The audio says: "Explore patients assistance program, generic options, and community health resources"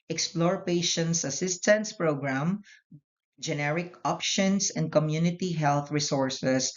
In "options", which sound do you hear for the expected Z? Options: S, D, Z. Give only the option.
S